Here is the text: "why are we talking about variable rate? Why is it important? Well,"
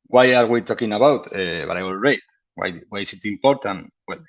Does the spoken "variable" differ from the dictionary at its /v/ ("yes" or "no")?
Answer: yes